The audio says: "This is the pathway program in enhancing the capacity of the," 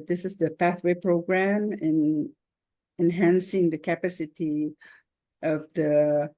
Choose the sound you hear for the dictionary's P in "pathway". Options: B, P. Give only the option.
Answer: P